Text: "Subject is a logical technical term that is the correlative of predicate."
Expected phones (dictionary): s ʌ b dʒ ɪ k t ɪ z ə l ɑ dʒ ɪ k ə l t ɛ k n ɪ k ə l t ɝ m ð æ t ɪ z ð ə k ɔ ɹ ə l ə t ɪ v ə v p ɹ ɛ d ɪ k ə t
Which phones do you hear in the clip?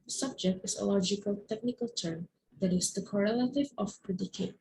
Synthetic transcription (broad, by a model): s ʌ b dʒ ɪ k t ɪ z ə l ɑ dʒ ɪ k ə l t ɛ k n ɪ k ə l t ɝ m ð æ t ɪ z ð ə k ɔ ɹ ə l ə t ɪ v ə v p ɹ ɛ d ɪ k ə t